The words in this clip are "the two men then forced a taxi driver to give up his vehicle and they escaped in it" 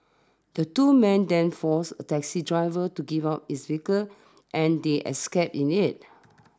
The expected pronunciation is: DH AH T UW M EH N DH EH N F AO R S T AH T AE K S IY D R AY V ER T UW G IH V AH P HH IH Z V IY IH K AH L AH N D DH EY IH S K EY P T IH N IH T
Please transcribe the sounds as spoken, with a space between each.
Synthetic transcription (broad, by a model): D AH T UW M EH N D EH N F AO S AH T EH K S IY D R AY V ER T UW G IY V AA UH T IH S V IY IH K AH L AH N D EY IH S K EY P IH N IH T